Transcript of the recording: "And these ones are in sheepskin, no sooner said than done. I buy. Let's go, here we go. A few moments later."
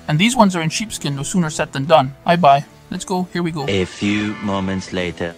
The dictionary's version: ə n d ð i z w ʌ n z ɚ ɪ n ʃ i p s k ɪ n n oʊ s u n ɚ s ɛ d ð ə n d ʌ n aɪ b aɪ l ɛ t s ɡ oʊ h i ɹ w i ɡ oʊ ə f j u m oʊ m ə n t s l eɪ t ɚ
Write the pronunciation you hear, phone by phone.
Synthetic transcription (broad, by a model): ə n ð i z w ʌ n z ɚ ɪ n ʃ i p s k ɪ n n oʊ s u n ɚ s ɛ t ð ə n d ʌ n aɪ b aɪ l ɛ t s ɡ oʊ h i ɹ w i ɡ oʊ ə f j u m oʊ m ə n t s l eɪ t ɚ